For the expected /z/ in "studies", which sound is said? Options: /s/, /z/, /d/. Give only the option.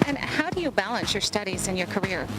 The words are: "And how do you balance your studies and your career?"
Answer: /z/